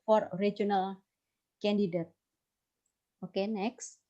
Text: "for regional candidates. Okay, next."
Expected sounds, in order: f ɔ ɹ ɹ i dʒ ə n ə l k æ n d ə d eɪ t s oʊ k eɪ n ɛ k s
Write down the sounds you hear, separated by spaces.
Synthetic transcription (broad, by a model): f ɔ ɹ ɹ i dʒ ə n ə l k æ n d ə d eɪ t oʊ k eɪ n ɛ k s